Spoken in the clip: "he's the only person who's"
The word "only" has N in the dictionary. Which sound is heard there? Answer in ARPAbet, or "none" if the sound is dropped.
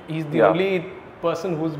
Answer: none